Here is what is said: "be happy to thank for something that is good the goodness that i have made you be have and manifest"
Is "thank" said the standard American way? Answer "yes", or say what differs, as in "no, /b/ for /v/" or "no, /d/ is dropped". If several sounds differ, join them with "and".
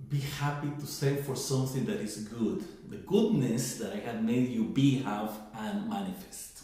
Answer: no, /s/ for /θ/